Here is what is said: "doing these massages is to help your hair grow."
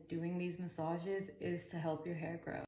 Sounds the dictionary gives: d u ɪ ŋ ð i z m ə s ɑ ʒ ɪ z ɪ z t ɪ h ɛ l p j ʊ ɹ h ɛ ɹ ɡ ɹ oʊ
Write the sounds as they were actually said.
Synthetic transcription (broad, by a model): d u ɪ ŋ ð i z m ə s ɑ ʒ ɪ z ɪ z t ɪ h ɛ l p j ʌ ɹ h ɛ ɹ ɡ ɹ oʊ